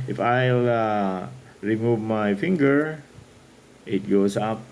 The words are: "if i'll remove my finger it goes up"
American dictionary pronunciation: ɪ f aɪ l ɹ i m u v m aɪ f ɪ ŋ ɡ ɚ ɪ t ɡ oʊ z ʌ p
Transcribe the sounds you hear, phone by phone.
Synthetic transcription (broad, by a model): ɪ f aɪ l ɹ i m u v m aɪ f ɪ ŋ ɡ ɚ ɪ t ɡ oʊ s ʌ p